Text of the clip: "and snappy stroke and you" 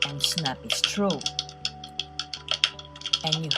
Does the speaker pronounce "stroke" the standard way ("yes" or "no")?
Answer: no